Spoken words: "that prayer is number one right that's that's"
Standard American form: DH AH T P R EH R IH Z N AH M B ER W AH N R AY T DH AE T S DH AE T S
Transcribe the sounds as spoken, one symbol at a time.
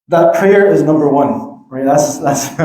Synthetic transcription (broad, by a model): DH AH T P R EH R IH Z N AH M B ER W AH N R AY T DH AE T S DH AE T S